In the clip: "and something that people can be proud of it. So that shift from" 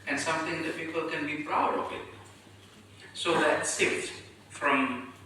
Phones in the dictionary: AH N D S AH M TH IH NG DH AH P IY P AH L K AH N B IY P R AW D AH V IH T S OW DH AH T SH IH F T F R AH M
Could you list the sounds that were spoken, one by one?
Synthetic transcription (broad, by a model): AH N S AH M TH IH NG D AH F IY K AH L K AH N B IY P R AW D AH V IH T S OW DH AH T S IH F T F R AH M